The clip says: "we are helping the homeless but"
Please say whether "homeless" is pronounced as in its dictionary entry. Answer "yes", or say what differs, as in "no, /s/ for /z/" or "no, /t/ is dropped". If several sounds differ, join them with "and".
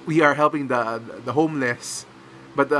yes